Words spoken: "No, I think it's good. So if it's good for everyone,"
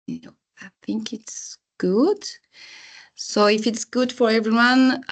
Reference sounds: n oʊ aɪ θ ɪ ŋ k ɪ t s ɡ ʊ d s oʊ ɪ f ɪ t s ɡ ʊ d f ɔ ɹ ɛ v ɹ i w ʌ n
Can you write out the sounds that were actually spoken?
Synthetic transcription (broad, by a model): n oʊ aɪ θ ɪ ŋ k ɪ t s ɡ ʊ d s oʊ ɪ f ɪ t s ɡ ʊ d f ɔ ɹ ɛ v ɹ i w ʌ n